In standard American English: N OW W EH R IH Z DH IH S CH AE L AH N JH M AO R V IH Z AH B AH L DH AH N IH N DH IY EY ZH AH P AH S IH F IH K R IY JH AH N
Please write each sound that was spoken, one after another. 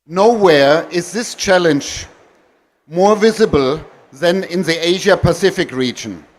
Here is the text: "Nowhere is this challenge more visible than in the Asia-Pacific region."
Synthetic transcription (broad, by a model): N OW W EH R IH Z DH IH S CH AE L AH N JH M AO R V IH Z AH B AH L DH AH N IH N DH IY EY ZH AH P AH S IH F IH K R IY JH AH N